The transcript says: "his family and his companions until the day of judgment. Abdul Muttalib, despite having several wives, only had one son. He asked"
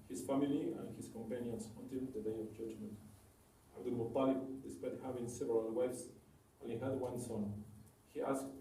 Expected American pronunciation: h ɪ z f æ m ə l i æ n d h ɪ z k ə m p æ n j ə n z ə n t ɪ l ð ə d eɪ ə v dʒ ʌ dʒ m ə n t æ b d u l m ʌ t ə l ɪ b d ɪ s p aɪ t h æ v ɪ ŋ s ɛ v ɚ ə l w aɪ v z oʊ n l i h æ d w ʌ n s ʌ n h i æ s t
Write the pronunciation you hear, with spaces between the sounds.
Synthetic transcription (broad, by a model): h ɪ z f æ m ə l i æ n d h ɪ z k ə m p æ n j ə n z ə n t ɪ l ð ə d eɪ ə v dʒ ʌ dʒ m ə n t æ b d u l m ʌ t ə l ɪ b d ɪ s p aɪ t h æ v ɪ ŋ s ɛ v ɚ ə l w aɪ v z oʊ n i h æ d w ʌ n s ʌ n h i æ s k